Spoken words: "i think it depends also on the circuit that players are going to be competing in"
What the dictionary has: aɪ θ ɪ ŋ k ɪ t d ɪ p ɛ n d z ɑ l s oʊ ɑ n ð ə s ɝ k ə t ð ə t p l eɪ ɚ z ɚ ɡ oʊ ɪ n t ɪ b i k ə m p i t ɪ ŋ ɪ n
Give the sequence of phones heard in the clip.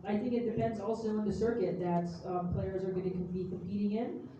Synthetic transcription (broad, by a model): aɪ θ ɪ ŋ k ɪ t d ɪ p ɛ n d z ɑ l s oʊ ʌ n ð ə s ɝ k ə t ð ə t p l eɪ ɚ z ɚ ɡ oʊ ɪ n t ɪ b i k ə m p i t ɪ ŋ ɪ n